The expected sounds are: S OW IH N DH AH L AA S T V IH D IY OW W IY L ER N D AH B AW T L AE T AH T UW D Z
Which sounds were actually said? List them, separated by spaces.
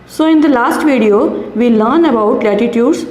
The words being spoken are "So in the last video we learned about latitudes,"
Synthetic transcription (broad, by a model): S OW IH N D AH L AA S T V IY D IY OW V IY L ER N AH B AW T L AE T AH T UW D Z